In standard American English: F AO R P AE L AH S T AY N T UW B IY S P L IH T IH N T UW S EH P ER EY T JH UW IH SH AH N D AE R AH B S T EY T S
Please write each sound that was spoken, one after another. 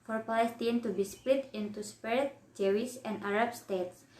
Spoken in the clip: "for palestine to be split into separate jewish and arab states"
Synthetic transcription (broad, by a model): F AO R P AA L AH S T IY N T UW B IY S P L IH T IH N T UW S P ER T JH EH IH S AH N D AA R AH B S T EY T S